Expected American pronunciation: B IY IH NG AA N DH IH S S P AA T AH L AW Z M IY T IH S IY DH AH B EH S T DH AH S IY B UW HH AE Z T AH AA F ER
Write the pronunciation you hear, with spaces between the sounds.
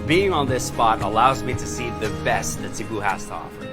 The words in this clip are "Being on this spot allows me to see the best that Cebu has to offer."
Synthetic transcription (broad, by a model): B IY IH NG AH N DH IH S S P AA T AH L AW Z M IY T IH S IY DH AH B EH S T DH AH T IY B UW HH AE S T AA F